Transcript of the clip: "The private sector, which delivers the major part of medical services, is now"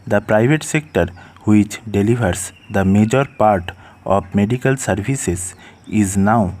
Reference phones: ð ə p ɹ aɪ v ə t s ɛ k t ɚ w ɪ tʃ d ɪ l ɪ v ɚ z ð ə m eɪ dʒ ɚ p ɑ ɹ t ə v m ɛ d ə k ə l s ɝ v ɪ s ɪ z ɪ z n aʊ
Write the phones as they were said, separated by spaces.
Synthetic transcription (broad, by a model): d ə p ɹ aɪ v ə t s ɛ k t ɚ w ɪ tʃ d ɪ l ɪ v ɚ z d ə m eɪ dʒ ɚ p ɑ ɹ t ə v m ɛ d ə k ə l s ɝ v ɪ s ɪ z ɪ z n aʊ